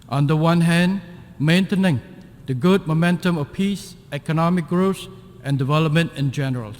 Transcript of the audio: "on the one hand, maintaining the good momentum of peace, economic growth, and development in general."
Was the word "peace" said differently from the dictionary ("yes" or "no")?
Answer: no